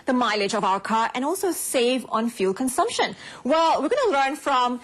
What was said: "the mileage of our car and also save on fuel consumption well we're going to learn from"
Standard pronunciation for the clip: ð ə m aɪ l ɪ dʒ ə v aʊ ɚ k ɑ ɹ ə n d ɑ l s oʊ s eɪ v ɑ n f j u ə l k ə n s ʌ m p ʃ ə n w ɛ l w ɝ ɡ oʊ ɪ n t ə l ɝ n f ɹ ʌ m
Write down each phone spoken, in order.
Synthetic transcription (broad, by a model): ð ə m aɪ l ɪ dʒ ə v aʊ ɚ k ɑ ɹ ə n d ɑ l s oʊ s eɪ v ɑ n f j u l k ə n s ʌ m p ʃ ə n w ɛ l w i ɡ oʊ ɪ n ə l ɝ n f ɹ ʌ m